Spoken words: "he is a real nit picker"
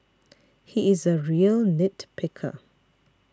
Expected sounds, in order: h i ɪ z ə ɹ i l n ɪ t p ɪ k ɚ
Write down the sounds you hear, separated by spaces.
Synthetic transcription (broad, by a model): h i ɪ z ə ɹ i l n ɪ t p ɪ k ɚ